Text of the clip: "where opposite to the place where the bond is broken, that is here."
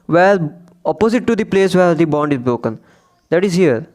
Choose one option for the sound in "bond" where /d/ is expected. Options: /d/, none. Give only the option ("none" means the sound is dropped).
/d/